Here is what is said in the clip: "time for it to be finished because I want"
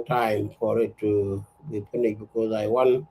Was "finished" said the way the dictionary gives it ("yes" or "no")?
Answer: no